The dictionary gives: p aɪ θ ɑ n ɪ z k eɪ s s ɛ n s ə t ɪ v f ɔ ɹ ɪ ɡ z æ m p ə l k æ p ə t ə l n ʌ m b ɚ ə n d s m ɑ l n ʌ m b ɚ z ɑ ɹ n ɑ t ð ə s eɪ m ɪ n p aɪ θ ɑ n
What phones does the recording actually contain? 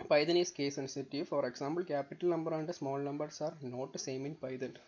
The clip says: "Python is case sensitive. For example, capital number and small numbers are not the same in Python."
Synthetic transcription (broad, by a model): p aɪ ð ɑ n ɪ s k eɪ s s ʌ n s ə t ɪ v f ɔ ɹ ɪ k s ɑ m b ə l k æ p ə t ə l n ʌ m b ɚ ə n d s m ɑ l n ʌ m b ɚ s ɑ ɹ n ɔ t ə s eɪ m ɪ n p aɪ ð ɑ n